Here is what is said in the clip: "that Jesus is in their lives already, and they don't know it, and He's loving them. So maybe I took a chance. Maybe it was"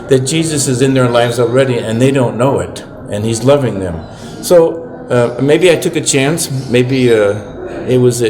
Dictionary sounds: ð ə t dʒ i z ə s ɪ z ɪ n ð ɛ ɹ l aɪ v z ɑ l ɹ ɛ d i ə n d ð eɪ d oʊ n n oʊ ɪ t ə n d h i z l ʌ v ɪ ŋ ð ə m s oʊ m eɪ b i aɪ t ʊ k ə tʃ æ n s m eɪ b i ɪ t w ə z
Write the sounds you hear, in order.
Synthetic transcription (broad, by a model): ð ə t dʒ i z ə s ɪ z ɪ n ð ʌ ɹ l aɪ v z ɑ l ɹ ɛ d i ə n ð eɪ d oʊ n n oʊ ɪ t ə n i z l ʌ v ɪ ŋ ð ə m s oʊ m eɪ b i aɪ t ʊ k ə tʃ æ n s m eɪ b i ɪ t w ə z